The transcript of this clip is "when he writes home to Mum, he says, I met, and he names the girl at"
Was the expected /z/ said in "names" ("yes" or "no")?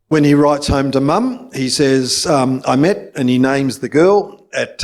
yes